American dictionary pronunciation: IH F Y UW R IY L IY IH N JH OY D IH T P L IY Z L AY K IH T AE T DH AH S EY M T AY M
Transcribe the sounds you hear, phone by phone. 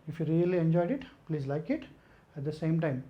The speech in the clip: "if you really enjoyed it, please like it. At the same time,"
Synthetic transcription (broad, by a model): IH F Y UW R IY L IY IH N JH OY D IH T P L IY Z L AY K IH T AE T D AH S EY M T AY M